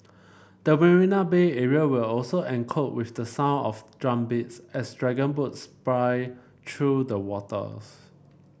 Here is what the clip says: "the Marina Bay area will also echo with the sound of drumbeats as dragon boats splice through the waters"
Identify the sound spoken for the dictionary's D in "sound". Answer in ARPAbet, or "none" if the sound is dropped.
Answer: none